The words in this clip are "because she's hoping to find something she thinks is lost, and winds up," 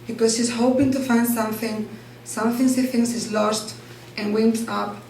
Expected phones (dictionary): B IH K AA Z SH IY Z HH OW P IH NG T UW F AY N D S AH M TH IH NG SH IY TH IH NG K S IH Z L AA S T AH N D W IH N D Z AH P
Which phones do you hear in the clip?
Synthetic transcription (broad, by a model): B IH K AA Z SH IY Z HH OW P IH NG T UW F AY N D S AH M TH IH NG S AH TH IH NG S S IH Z L AA S T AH N W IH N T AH P